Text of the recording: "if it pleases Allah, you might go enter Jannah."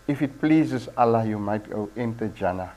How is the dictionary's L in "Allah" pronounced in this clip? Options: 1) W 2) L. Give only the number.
2